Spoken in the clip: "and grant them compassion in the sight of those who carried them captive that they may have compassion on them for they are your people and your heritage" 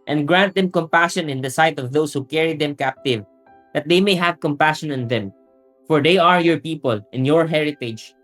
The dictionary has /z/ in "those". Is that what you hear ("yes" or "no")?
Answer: no